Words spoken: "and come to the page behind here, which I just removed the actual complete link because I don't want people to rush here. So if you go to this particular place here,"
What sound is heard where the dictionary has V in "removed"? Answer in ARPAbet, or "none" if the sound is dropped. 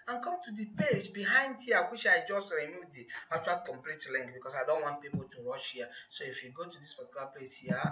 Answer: none